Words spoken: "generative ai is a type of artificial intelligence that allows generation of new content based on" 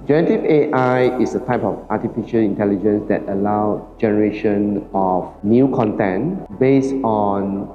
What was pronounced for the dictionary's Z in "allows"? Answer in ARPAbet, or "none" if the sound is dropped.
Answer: none